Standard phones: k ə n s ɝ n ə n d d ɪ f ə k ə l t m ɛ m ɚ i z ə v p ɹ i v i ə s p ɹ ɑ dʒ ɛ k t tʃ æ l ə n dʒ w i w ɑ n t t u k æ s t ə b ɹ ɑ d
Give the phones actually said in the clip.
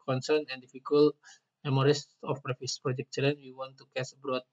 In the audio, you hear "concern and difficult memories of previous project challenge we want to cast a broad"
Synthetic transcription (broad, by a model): k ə n s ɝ n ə n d d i f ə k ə l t m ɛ m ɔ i s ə f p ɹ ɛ f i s p ɹ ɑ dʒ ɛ k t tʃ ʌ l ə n w i w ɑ n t t u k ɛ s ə b ɹ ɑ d